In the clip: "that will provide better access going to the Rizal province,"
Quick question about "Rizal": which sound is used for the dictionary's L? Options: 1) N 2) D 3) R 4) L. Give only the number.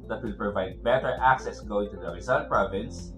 1